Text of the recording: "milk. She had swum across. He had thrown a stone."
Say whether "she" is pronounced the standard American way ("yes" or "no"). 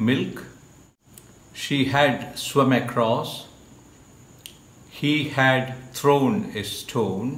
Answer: yes